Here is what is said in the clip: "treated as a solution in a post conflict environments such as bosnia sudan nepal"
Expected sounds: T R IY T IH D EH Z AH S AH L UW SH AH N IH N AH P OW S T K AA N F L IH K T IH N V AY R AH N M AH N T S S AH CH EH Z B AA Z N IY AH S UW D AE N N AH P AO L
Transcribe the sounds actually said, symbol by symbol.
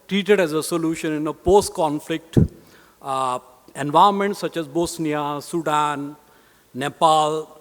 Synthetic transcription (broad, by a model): T R IY T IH D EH Z AH S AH L UW SH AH N IH N AH P OW S T K AA N F L IH K T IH N V AY AH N M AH N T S S AH CH EH Z B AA S N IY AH S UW D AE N N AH P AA L